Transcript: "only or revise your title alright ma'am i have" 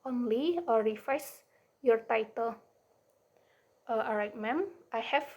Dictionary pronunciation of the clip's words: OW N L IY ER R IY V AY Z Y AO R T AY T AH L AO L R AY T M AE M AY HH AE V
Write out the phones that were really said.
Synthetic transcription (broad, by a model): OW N L IY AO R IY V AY S Y AO R T AY T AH L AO R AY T M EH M AY HH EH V